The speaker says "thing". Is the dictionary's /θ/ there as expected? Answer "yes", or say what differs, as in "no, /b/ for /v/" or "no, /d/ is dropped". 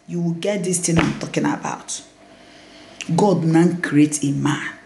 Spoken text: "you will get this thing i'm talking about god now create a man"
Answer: no, /t/ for /θ/